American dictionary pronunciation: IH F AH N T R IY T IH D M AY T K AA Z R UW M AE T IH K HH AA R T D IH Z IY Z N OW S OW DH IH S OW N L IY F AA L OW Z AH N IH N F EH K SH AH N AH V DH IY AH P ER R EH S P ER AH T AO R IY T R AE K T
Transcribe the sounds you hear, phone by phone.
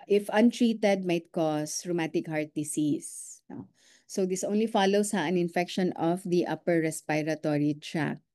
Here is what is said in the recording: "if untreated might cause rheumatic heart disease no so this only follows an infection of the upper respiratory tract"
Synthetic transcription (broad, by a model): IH F AH N T R IY T IH D M AY T K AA S R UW M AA T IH K HH AA R T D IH S IY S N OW S OW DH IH S OW N L IY F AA L OW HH AH N IH N F EH K SH AH N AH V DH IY AH P ER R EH S P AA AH T AO R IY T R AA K